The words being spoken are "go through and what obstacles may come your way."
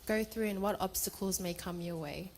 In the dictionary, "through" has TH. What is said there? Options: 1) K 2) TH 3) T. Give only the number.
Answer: 2